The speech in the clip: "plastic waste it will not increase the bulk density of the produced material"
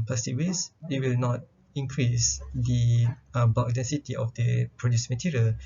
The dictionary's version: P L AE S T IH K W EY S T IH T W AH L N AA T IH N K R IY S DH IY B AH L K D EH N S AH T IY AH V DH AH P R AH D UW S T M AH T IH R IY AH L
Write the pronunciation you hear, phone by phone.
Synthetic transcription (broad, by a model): P L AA S T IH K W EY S IH T W AH L N AA T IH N K R IY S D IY B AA K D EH N S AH T IY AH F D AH P R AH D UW S M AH T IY R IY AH L